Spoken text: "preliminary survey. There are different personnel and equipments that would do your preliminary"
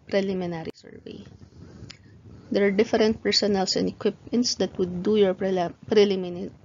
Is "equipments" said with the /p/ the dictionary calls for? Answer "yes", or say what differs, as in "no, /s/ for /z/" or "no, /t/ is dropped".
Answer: yes